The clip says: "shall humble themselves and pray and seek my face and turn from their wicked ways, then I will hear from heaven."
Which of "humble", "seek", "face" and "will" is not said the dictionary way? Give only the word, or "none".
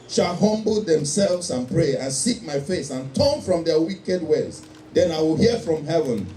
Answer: none